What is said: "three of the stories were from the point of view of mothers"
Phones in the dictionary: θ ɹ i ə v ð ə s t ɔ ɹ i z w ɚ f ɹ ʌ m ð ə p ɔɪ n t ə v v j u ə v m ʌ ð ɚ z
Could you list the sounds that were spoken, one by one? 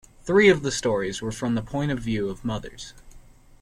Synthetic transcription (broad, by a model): θ ɹ i ə v ð ə s t ɔ ɹ i z w ɚ f ɹ ʌ m ð ə p ɔɪ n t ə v v j u ə v m ʌ ð ɚ z